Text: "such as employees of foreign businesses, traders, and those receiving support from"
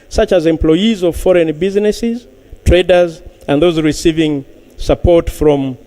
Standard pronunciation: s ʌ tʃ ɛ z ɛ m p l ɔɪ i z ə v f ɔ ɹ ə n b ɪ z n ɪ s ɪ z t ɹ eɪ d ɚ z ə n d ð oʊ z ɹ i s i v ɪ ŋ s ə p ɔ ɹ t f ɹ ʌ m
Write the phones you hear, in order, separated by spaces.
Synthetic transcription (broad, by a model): s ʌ tʃ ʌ z ɛ m p l ɔɪ i z ə v f ɔ ɹ ə n b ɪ z n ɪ s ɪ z t ɹ eɪ d ɚ z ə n ð oʊ z ɹ i s i v ɪ ŋ s ə p ɔ ɹ t f ɹ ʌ m